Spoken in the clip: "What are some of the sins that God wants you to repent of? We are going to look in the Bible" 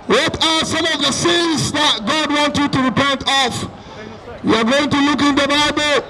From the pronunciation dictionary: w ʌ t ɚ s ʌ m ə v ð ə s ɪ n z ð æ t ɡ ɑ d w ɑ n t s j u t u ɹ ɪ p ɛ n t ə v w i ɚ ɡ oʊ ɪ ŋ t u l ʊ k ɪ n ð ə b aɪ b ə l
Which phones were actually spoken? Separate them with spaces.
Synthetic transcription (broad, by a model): w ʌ t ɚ s ʌ m ə v ð ə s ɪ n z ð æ t ɡ ɑ d w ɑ n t j u t u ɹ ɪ p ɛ n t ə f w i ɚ ɡ oʊ ɪ ŋ t u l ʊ k ɪ n ð ə b aɪ b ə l